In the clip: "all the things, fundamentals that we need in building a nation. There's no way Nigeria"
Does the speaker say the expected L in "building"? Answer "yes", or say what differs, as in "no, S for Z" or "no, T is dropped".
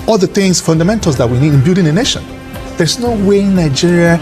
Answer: no, L is dropped